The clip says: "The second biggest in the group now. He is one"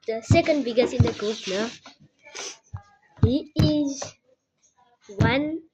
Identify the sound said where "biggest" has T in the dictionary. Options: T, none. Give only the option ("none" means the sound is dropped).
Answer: none